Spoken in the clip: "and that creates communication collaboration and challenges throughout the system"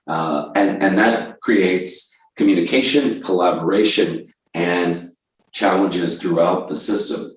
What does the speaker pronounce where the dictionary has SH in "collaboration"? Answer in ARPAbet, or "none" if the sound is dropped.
SH